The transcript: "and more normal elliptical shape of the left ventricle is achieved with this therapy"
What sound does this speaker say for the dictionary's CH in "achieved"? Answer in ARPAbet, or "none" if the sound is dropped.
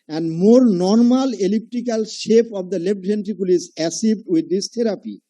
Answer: S